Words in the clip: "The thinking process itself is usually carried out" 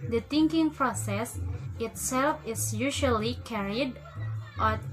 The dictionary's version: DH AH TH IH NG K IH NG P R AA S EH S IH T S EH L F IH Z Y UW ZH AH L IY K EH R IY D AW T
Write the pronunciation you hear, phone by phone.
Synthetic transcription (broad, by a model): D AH T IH NG K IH NG P R AA S EH S IH T S EH L F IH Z Y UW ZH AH L IY K EH R IY D T